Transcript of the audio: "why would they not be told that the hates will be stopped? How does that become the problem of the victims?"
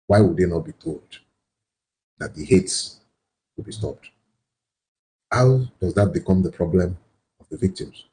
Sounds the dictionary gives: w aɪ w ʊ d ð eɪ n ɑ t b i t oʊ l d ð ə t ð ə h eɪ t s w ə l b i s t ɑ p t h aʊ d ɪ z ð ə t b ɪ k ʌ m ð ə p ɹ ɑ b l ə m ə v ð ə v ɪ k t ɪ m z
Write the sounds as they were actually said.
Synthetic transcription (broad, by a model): w aɪ w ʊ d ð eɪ n ɑ t b i t oʊ l d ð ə t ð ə h eɪ t s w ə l b i s t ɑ p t h aʊ d ɪ z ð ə t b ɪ k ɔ m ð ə p ɹ ɑ b l ə m ə v ð ə v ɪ k t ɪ m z